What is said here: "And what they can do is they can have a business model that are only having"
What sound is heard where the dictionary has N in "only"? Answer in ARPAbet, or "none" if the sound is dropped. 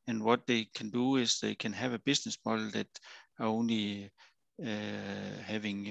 N